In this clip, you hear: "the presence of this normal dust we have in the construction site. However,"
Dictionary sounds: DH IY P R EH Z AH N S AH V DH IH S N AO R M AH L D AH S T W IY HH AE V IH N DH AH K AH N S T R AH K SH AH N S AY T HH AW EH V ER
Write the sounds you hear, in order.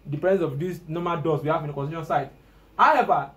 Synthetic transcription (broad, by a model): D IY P EH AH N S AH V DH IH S N AO M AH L D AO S W IY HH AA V IH N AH K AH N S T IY SH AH N S AY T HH AW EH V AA